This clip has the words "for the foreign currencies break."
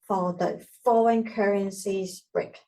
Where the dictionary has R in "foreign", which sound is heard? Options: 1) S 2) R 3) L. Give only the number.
3